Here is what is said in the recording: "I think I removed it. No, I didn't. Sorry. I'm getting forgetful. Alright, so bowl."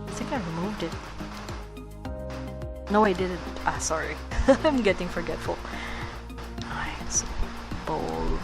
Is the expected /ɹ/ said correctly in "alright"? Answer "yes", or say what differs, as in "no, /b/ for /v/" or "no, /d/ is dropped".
no, /ɹ/ is dropped